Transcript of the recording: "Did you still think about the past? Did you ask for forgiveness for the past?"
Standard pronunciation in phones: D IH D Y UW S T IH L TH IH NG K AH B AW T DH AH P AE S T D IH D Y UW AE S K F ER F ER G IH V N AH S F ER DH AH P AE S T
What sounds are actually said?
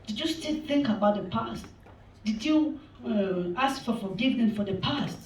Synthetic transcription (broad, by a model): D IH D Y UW S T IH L TH IH NG K AH B AW T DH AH P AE S T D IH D Y UW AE S K F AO F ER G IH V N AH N F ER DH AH P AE S T